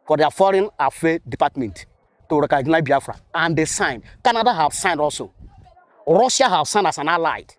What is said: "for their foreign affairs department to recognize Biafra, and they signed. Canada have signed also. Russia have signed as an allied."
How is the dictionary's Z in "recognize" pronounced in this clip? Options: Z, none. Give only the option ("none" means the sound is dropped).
none